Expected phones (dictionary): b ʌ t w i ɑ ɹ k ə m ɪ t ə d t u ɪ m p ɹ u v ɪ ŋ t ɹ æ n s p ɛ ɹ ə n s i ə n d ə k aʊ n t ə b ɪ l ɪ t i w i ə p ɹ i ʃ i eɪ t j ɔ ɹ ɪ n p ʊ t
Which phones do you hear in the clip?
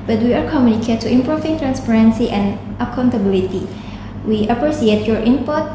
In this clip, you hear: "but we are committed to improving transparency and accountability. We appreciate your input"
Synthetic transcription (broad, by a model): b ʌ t w i ɑ ɹ k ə m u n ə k t u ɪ m p ɹ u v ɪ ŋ t ɹ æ n s p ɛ ɹ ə n s i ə n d ə k aʊ n t ə b ɪ l ɪ t i w i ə p ɹ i s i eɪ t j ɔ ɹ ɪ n p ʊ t